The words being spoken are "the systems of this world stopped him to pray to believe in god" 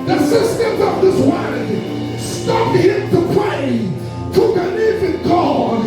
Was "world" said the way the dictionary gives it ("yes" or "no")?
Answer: no